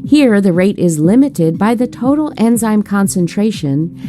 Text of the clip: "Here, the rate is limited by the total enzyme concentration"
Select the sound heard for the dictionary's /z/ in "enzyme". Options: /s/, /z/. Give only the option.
/z/